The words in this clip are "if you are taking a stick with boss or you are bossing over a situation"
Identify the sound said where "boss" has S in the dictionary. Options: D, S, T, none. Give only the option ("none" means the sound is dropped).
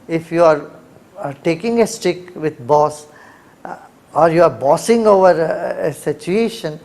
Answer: S